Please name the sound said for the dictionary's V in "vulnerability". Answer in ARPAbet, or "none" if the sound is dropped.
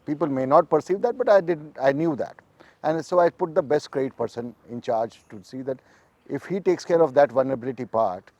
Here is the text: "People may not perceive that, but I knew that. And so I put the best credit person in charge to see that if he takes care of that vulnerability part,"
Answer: V